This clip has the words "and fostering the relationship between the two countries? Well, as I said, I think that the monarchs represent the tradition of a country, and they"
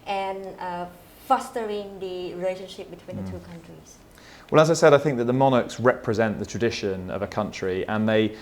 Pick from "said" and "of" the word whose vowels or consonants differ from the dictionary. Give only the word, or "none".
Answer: none